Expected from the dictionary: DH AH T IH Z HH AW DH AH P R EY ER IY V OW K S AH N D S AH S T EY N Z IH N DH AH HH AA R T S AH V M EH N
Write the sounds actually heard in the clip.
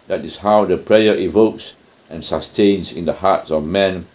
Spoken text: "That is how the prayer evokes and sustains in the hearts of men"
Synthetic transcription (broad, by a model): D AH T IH S HH AW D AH P R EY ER IY V OW K S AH N S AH S T EY N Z IH N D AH HH AA T S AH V M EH N